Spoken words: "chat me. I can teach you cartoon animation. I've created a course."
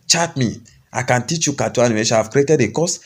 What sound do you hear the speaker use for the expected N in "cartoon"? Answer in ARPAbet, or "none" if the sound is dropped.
none